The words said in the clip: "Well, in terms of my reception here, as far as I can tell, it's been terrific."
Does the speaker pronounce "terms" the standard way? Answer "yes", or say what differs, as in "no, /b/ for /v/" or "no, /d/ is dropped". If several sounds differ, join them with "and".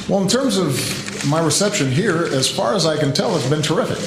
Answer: yes